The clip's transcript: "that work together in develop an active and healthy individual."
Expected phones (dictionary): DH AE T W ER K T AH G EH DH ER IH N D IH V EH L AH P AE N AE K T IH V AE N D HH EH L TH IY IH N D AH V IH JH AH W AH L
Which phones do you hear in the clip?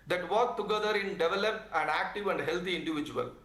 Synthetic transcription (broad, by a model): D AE T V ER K T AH G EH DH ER IH N D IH V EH L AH P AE N AE K T IH V AE N D HH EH L T IY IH N D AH V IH JH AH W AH L